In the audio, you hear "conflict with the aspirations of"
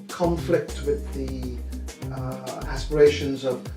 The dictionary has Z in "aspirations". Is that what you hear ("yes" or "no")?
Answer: yes